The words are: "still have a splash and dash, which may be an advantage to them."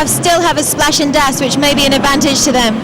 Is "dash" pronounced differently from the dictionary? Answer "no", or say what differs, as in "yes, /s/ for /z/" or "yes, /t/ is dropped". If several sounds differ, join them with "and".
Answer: yes, /s/ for /ʃ/